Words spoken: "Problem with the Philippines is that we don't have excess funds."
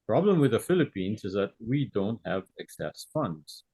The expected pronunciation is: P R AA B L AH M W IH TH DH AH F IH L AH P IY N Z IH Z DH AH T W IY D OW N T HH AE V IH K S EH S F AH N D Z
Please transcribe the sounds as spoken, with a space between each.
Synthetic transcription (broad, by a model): P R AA B L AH M W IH DH AH F IH L AH P IY N Z IH Z DH AH T W IY D OW N T HH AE V IH K S EH S F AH N D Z